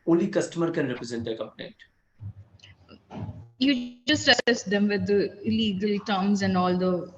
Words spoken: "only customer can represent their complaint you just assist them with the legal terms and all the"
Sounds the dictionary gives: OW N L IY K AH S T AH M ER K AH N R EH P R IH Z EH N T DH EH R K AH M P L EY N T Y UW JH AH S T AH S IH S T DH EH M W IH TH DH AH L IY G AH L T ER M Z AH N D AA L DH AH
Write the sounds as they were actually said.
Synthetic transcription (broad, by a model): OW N L IY K AH S T AH M ER K AH N R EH P R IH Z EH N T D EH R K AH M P N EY T Y UW JH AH S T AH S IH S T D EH M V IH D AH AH L IY G AH L T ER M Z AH N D AA L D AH